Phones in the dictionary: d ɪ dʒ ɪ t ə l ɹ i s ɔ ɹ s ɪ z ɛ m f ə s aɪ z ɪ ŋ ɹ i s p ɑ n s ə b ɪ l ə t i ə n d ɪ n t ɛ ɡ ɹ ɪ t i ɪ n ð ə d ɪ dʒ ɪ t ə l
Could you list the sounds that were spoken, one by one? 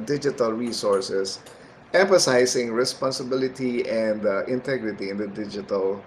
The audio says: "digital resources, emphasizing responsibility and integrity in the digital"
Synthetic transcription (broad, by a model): d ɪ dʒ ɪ t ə l ɹ i s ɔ ɹ s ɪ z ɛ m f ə s aɪ s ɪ ŋ ɹ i s p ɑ n s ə b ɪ l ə t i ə n d ɪ n t ɛ ɡ ɹ ɪ t i ɪ n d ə d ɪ dʒ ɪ t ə l